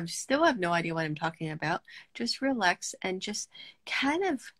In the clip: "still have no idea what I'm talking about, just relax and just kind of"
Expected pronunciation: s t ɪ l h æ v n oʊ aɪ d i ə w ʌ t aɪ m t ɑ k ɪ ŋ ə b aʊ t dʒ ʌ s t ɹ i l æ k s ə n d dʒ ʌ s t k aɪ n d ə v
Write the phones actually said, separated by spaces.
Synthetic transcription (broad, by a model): s t ɪ l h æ v n oʊ aɪ d i ə w ʌ t aɪ m t ɑ k ɪ ŋ ə b aʊ t dʒ ʌ s t ɹ i l æ k s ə n dʒ ʌ s t k aɪ n d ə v